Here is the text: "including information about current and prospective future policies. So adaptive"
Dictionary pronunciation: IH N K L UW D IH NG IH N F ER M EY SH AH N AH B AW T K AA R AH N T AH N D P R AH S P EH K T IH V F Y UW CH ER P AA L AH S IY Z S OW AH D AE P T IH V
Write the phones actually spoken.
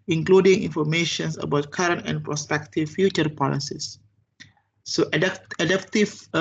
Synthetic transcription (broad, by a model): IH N K L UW D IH NG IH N F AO M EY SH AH N AH B AW T K AA R AH N T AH N P R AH S P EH K T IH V F Y UW CH ER P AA L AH S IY S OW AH D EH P T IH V